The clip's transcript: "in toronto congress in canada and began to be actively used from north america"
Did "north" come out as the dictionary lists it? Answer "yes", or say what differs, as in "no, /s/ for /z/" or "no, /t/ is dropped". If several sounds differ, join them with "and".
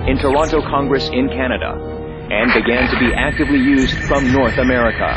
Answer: yes